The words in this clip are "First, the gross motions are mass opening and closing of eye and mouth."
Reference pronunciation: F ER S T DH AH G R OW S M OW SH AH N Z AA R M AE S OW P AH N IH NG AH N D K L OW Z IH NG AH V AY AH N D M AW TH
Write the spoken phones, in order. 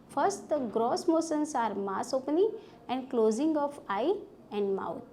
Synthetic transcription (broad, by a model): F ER S T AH G R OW S M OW S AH N S AA R M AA S OW P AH N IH AH N D K L OW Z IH NG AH F AY AH N D M AW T